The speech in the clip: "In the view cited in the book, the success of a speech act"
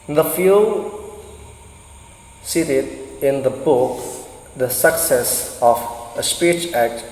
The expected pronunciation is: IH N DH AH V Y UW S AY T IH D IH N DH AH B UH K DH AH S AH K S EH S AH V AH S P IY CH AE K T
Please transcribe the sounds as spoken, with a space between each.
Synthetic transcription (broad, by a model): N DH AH F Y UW S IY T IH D IH N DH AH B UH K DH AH S AH K S EH S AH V AH S P IY CH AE K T